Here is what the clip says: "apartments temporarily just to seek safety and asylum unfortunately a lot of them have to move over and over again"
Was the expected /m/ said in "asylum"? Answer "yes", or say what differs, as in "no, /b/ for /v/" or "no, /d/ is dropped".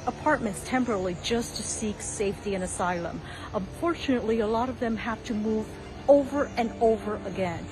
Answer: yes